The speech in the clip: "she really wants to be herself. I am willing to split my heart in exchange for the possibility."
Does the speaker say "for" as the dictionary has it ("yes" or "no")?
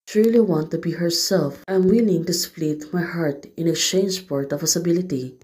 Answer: no